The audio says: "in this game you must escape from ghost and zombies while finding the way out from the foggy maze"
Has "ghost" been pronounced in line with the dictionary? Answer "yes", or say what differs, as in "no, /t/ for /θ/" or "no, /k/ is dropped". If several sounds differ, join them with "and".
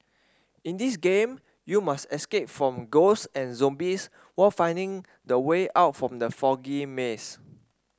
no, /t/ is dropped